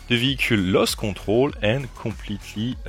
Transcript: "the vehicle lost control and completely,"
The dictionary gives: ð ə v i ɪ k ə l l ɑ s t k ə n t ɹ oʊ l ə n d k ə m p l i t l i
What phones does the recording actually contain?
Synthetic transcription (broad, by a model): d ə v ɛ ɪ k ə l l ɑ s k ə t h oʊ l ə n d k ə p l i t l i